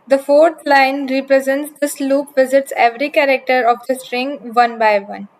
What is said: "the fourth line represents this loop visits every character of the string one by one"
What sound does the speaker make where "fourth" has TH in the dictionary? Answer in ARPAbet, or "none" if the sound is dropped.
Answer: T